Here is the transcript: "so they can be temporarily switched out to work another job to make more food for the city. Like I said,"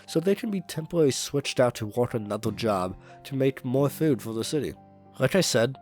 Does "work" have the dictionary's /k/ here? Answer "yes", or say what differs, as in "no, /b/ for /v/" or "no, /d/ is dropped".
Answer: no, /k/ is dropped